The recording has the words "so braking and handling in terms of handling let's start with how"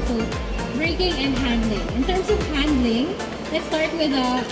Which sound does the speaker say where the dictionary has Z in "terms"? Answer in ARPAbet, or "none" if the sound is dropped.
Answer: S